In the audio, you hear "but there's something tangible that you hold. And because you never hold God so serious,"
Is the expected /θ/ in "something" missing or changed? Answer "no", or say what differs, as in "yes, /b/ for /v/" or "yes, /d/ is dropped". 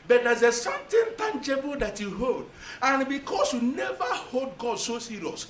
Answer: yes, /t/ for /θ/